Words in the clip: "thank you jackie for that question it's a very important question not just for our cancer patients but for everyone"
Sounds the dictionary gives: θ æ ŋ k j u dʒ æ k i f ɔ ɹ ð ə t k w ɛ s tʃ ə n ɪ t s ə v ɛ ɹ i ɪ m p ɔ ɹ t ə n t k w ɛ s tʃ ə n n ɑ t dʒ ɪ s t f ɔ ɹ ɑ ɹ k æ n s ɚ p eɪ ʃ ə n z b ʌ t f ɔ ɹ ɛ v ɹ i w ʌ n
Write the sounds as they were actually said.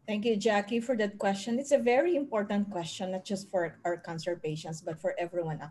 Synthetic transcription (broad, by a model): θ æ ŋ k j u dʒ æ k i f ɔ ɹ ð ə t k w ɛ s tʃ ə n ɪ t s ə v ɛ ɹ i ɪ m p ɔ ɹ t ə n t k w ɛ s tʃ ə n n ɑ t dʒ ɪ s t f ɔ ɹ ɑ w k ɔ n s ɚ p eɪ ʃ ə n s b ʌ t f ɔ ɹ ɛ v ɹ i w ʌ n